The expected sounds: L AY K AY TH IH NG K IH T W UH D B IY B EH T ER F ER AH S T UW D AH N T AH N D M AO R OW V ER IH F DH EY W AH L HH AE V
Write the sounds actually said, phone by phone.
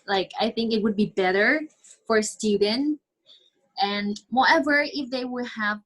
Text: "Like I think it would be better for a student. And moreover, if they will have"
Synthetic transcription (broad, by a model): L AY K AY TH IH NG K IH T W UH D B IY B EH T ER F ER S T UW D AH N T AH N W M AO EH V ER IH F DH EY W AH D HH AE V